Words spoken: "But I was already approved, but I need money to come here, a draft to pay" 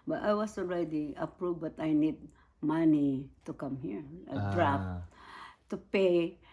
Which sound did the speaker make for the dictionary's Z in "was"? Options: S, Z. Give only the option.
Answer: S